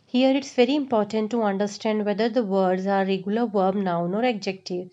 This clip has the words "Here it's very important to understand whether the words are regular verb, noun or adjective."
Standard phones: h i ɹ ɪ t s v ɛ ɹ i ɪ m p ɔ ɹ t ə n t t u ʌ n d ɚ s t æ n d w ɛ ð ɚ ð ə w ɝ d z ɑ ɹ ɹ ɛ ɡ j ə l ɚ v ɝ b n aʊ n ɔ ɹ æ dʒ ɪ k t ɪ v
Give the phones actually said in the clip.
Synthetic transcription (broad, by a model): h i ɹ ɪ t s v ɛ ɹ i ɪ m p ɔ ɹ t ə n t t u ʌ n d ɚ s t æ n d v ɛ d ɚ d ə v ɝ d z ɑ ɹ ɹ ɛ ɡ j ə l ɚ v ɝ b n aʊ n ɔ ɹ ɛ dʒ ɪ k t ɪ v